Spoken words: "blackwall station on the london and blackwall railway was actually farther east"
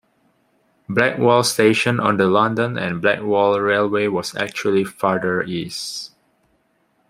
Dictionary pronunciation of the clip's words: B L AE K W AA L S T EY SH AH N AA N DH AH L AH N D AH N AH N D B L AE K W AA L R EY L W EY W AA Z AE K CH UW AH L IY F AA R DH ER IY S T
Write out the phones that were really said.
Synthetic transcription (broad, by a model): B L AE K W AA L S T EY SH AH N AA N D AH L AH N D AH N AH N B L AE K W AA L R EY L W EY W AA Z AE K CH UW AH L IY F AA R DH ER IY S